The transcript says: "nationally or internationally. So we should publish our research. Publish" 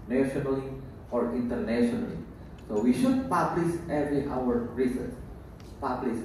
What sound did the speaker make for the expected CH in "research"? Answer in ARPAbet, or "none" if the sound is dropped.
S